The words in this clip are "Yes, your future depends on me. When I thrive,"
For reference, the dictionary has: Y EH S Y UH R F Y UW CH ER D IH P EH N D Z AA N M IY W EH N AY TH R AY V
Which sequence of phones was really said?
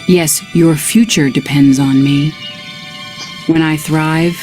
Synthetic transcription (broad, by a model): Y EH S Y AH R F Y UW CH ER D IH P EH N D Z N M IY W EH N AY TH R AY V